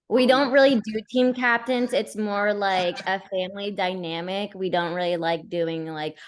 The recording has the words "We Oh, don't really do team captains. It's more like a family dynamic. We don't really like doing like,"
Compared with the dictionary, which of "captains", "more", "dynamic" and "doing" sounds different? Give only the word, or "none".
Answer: none